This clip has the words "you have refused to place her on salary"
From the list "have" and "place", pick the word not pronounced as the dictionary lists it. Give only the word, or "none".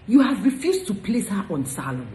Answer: none